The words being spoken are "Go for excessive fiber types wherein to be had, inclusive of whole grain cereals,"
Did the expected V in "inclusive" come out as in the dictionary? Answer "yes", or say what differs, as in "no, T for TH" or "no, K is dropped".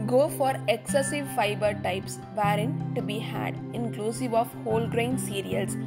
yes